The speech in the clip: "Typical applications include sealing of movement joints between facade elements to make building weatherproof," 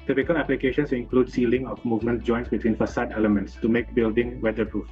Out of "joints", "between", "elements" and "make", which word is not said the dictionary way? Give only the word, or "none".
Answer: none